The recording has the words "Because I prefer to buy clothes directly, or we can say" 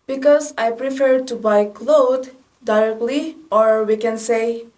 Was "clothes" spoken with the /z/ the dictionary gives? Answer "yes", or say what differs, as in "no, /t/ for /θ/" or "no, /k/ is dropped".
no, /z/ is dropped